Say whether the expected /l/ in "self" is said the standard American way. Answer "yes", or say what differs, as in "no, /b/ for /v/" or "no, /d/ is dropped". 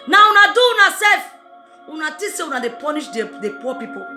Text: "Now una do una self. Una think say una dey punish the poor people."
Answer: no, /l/ is dropped